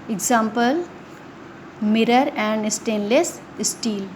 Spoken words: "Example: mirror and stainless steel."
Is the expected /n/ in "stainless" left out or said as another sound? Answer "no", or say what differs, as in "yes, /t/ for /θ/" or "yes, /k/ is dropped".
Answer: no